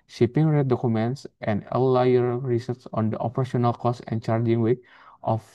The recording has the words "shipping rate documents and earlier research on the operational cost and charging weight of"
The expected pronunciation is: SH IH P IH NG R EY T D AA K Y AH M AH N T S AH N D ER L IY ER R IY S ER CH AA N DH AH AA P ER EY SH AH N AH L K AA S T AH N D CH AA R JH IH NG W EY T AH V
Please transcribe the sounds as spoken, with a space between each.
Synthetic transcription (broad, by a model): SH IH P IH NG R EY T D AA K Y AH M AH N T S AH N D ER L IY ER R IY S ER S AA N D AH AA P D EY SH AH N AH L K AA S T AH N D CH AA R JH IH NG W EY T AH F